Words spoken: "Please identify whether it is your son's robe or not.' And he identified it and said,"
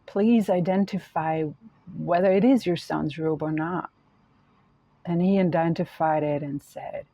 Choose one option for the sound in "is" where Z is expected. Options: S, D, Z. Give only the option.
Z